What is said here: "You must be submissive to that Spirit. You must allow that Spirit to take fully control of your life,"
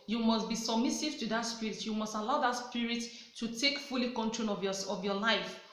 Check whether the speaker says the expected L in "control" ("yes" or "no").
no